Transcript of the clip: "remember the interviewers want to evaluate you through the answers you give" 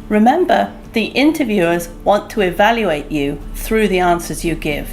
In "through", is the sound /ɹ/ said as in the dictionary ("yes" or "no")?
yes